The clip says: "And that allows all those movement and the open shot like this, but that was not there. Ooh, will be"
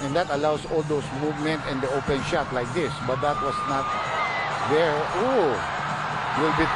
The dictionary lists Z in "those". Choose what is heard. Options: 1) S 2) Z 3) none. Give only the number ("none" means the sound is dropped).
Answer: 1